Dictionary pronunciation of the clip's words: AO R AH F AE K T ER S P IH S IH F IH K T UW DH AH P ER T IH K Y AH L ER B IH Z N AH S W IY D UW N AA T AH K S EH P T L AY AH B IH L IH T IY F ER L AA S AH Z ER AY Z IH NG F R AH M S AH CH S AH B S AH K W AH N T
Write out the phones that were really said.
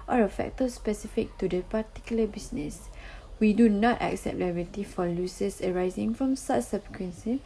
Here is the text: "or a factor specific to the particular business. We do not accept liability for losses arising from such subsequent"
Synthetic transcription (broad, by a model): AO R AH F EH K T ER S P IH S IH F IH K T UW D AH P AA T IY K Y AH L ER B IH S N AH S W IY D UW N AA T AH K S EH P T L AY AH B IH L T IY F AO L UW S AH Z ER AY Z IH NG F R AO M S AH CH S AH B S K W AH N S